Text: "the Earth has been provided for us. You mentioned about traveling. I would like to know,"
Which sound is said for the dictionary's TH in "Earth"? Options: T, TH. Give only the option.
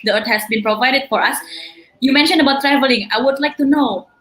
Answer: T